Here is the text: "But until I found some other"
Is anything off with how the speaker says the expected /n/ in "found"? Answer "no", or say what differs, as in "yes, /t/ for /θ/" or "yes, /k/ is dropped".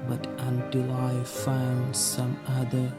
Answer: no